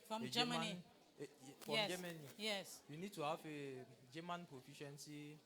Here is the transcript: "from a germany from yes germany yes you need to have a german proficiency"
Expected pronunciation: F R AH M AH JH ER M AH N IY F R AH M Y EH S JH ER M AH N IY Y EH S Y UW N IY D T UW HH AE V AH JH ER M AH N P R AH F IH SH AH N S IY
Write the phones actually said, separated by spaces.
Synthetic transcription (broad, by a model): F R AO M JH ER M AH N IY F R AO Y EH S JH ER M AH N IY Y EH S Y UW N IY D T UW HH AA F AH JH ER M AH N P R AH F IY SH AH N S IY